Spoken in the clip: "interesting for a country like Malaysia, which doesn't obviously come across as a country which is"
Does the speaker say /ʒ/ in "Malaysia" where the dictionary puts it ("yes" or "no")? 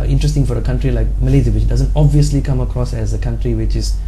no